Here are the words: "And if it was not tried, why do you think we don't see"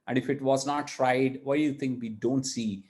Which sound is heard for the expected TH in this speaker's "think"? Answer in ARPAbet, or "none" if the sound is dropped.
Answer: T